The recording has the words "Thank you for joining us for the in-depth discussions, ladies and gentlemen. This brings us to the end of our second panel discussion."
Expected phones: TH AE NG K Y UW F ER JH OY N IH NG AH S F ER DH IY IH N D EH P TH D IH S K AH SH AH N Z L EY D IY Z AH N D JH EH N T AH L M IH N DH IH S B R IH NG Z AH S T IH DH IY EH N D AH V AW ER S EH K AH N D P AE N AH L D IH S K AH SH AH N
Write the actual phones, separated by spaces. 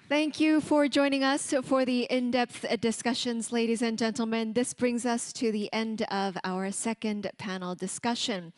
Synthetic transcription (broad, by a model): TH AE NG K Y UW F ER JH OY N IH NG AH S F ER DH IY IH N D EH P TH D IH S K AH SH AH N Z L EY D IY Z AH N JH EH N T L M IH N DH IH S B R IH NG Z AH S T IH DH IY EH N D AH V AW ER S EH K AH N D P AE N L D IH S K AH SH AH N